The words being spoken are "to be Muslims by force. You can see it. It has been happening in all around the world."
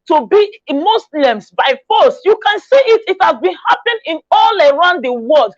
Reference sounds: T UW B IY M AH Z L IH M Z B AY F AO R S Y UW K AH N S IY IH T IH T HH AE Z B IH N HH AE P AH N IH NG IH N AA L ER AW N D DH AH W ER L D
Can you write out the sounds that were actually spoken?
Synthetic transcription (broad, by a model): T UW B IY M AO S L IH M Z B AY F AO S Y UW K AH N S IY IH T IH T HH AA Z B IH N HH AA P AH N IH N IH L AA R AW N D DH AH W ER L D